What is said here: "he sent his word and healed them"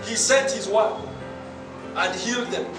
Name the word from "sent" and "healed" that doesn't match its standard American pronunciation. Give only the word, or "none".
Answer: none